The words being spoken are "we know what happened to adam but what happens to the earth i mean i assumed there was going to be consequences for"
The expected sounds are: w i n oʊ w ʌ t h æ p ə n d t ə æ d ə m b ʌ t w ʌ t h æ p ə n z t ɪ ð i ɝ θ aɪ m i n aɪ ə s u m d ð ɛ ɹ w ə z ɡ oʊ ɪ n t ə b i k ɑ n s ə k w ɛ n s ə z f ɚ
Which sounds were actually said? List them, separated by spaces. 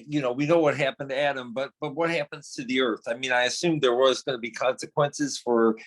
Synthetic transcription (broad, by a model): w i n oʊ w ʌ t h æ p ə n d t ə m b ə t b ʌ t w ʌ t h æ p ə n z t ɪ ð i ɝ θ aɪ m i n aɪ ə s u m ð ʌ ɹ w ə z ɡ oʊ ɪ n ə b i k ɑ n s ə k w ɛ n s ə z f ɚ